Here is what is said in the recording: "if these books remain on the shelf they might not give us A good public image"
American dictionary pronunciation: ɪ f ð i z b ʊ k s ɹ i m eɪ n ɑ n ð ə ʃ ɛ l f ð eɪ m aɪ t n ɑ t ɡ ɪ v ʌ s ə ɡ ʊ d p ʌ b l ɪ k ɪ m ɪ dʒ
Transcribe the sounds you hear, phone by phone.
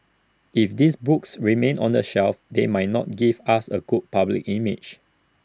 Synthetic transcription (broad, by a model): ɪ f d i s b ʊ k s ɹ i m eɪ n ɑ n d ə ʃ ɛ l f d eɪ m aɪ t n ɑ t ɡ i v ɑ s ə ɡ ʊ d p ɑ b l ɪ k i m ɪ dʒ